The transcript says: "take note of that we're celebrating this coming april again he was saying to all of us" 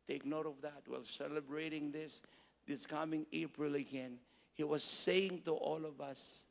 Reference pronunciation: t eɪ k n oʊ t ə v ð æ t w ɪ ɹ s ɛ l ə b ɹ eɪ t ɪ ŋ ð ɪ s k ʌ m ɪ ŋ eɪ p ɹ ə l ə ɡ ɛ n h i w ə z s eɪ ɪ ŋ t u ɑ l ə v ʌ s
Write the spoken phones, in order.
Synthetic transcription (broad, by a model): t eɪ k n oʊ t ə v ð æ t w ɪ l s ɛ l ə b ɹ eɪ t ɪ ŋ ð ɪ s k ʌ m ɪ ŋ eɪ p ɹ ə l ə ɡ ɛ n h i w ə z s eɪ ɪ ŋ t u ɑ l ə v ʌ s